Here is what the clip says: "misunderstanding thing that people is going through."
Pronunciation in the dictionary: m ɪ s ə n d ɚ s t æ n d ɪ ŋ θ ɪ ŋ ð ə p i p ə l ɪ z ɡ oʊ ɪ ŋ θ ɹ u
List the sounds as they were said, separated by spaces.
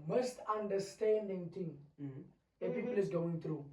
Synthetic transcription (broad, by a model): m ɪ s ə n d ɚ s t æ n d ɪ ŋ t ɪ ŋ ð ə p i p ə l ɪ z ɡ oʊ ɪ ŋ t ɹ u